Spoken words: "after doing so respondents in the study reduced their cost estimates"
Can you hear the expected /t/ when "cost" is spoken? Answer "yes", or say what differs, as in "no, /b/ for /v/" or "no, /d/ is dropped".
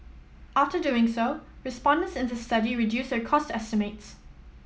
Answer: yes